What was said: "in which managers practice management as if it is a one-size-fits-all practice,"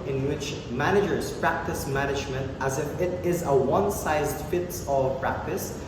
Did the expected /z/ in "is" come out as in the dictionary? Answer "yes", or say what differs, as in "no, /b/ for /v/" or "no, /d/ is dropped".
yes